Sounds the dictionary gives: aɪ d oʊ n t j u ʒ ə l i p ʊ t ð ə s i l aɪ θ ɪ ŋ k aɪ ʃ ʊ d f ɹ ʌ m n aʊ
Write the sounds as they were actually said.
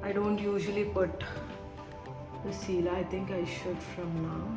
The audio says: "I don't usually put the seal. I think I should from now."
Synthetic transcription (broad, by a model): aɪ d oʊ n t j u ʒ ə l i p ʊ t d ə s i l aɪ t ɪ ŋ k aɪ ʃ ʊ d f ɹ ʌ m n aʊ